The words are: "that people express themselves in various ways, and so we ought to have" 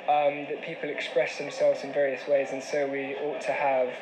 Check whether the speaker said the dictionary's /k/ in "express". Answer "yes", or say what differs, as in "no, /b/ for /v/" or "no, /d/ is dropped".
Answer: yes